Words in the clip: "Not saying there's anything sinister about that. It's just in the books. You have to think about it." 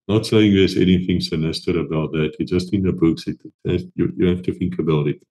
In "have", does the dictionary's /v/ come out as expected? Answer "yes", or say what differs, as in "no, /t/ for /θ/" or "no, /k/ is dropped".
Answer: no, /f/ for /v/